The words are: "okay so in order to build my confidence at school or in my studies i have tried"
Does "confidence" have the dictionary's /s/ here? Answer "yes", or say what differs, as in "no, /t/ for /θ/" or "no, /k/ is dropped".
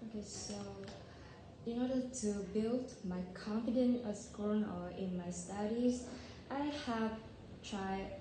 no, /s/ is dropped